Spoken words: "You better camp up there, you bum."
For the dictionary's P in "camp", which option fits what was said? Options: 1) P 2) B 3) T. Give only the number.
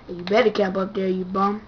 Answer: 1